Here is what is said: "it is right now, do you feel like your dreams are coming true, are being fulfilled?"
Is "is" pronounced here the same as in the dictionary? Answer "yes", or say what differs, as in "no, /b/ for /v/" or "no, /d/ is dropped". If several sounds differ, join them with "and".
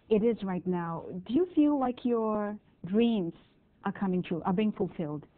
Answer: yes